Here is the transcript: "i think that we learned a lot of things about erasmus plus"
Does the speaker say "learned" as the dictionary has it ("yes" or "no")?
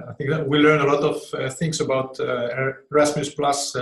no